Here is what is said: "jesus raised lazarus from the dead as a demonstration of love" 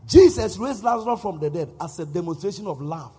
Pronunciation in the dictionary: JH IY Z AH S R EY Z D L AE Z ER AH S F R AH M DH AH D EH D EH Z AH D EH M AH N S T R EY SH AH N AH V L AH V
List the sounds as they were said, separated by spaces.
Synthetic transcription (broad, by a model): JH IY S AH S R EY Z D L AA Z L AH F R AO M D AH D EH D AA S AH D EH M AH N S T R EY SH AH N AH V L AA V